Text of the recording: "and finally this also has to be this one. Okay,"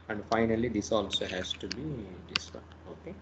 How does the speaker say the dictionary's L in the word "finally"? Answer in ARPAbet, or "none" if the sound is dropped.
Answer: L